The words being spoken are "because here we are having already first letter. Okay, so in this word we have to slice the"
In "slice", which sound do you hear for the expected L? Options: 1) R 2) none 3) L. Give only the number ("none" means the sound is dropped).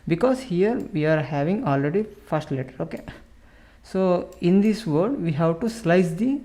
3